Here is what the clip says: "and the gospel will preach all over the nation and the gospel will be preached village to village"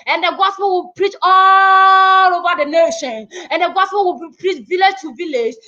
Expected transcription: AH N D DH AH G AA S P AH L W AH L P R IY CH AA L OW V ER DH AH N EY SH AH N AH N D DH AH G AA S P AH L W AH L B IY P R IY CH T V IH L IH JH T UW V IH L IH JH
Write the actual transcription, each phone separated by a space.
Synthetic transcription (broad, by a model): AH N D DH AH G AA S P AH L W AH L P R IY CH AA L OW V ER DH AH N EY SH AH N AH N D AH G AA S P AH L W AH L B IY P R IY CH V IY L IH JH T UW V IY L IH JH